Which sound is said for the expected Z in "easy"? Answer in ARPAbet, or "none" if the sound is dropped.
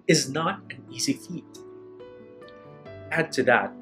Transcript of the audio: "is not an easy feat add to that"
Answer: Z